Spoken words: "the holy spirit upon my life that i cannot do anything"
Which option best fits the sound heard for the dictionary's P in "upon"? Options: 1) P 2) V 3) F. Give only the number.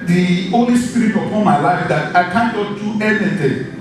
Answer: 3